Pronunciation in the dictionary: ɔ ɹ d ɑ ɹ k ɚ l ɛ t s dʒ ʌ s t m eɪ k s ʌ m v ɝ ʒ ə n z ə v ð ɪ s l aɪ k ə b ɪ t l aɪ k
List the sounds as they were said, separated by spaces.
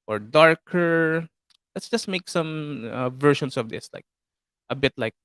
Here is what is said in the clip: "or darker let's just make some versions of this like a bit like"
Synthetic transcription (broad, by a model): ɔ ɹ d ɑ ɹ k ɚ l ɛ t s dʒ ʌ s t m eɪ k s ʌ m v ɝ ʃ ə n s ə v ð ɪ s l aɪ k ə b ɪ t l aɪ k